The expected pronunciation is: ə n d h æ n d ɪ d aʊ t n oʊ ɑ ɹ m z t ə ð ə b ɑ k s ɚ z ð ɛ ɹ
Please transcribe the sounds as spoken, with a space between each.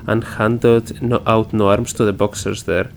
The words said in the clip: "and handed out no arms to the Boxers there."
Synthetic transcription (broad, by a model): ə n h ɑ n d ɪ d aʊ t n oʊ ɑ ɹ m s t ə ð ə b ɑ k s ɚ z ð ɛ ɹ